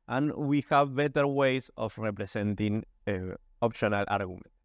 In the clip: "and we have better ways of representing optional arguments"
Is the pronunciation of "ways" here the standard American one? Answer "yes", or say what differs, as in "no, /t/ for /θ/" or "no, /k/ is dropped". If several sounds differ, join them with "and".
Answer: no, /s/ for /z/